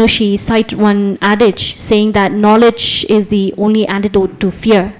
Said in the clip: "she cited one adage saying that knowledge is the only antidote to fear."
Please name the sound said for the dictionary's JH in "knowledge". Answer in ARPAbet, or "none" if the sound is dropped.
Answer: JH